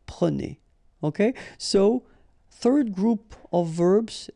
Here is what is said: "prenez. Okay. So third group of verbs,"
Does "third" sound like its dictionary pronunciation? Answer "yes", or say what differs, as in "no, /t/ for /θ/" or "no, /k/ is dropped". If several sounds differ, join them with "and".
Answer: yes